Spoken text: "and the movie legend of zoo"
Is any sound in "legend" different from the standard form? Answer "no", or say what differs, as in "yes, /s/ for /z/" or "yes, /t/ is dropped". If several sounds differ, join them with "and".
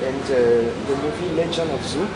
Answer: yes, /d/ is dropped